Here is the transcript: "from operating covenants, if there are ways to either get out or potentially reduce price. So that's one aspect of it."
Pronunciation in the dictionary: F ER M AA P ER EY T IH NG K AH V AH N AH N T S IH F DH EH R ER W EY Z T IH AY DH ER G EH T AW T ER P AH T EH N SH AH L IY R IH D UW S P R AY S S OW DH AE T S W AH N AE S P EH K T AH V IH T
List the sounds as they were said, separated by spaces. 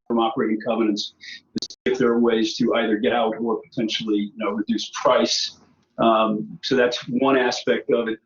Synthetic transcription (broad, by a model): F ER M AA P ER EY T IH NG K AH V AH N AH N T S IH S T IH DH ER W EY Z T IH AY DH ER G EH T AW T ER P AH T EH N SH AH N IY R IH D UW S P R AY S S OW DH AE T S W AH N AE S P EH K T AH V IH T